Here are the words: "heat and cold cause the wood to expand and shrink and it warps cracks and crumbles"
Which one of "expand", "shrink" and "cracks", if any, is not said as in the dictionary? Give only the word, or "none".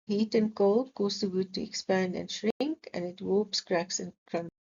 none